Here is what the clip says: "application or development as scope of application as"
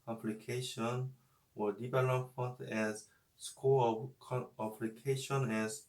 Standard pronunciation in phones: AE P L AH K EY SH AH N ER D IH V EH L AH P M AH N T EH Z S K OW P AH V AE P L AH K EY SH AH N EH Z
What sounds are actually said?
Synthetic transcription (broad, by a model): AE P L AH K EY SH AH N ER D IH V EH L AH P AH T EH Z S K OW AH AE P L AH K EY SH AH N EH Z